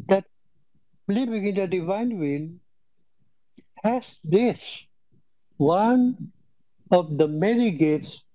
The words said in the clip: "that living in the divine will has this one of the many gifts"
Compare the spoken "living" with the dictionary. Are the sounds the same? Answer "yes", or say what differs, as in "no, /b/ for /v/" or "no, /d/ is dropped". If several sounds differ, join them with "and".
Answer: no, /b/ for /v/